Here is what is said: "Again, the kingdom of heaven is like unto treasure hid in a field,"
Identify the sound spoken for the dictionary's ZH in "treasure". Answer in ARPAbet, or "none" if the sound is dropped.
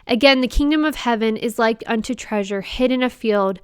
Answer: ZH